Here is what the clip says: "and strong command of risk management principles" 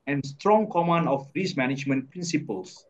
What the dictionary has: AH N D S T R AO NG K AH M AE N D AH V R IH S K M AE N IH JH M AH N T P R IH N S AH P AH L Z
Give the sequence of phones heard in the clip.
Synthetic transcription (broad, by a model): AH N S T R AO NG K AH M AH N AH F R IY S M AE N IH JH M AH N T P R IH N S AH P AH L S